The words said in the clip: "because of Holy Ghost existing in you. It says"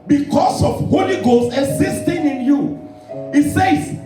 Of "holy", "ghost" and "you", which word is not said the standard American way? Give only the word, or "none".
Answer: ghost